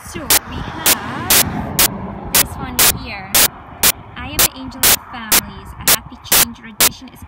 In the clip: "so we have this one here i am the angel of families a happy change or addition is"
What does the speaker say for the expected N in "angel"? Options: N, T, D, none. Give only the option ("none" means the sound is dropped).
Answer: N